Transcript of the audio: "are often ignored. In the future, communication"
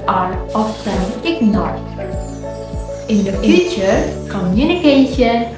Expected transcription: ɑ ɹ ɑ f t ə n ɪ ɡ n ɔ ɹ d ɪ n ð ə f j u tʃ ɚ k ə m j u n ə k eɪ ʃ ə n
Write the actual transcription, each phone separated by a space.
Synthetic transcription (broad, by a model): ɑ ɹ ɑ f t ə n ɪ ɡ n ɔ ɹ ɪ n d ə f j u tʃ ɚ k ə m j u n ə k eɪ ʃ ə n